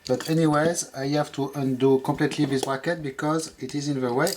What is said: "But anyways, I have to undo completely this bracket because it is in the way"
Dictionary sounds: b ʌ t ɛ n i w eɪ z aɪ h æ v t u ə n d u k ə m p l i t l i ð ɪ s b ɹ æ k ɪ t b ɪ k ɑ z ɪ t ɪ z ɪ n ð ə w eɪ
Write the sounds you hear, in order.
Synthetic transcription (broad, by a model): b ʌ t ɛ n i w eɪ z aɪ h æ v t u ə n d u k ə m p l i t l i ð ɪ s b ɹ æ k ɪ t b ɪ k ɑ z ɪ t ɪ z ɪ n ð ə w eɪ